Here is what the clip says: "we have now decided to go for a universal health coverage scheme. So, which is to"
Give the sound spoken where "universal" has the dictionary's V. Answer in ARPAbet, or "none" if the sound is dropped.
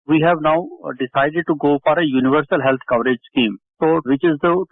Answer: V